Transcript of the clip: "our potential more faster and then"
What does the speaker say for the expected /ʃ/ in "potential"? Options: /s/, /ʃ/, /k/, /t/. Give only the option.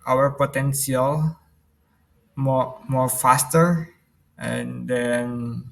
/s/